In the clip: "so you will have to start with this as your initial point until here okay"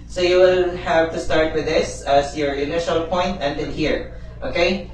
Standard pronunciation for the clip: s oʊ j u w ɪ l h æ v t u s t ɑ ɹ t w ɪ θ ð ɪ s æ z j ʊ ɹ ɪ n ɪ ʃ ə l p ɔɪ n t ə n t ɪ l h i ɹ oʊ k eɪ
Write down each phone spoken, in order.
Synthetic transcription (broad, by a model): s oʊ j u w ɪ l h æ v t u s t ɑ ɹ t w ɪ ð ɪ s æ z j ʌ ɹ ɪ n ɪ ʃ ə l p ɔɪ n t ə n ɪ n h i ɹ oʊ k eɪ